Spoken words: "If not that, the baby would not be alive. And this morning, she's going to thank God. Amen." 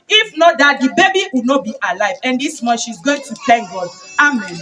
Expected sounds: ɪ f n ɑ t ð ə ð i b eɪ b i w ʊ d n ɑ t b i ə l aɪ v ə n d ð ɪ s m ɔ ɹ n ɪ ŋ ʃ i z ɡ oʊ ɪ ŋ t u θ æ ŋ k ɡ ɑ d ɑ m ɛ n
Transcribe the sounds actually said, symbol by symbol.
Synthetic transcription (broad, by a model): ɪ f n ɑ t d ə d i b eɪ b i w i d n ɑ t b i ə l aɪ v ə n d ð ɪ s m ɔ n ʃ i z ɡ oʊ ɪ ŋ t u t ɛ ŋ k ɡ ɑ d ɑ m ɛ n